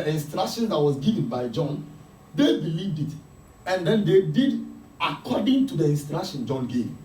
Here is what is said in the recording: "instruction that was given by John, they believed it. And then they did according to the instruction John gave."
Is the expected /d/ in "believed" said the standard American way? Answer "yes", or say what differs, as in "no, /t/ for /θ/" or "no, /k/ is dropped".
yes